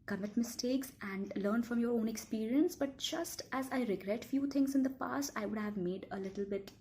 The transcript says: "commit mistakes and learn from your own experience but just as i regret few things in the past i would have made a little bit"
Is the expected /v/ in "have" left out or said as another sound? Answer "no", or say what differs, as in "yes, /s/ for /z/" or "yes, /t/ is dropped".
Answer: no